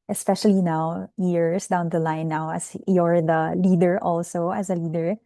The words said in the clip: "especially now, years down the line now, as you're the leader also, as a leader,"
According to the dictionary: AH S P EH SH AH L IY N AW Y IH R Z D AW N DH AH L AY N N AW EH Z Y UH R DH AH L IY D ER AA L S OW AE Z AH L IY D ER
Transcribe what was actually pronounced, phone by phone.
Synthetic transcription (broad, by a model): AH S P EH SH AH L IY N AW Y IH R S D AW N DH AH L AY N N AW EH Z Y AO R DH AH L IY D ER AA L S OW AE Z AH L IY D ER